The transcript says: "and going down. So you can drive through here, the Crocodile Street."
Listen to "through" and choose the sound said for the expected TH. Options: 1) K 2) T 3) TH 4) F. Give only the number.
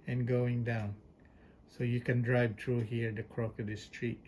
2